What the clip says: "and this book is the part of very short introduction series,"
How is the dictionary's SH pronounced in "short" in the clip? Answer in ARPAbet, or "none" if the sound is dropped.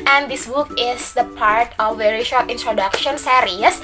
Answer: SH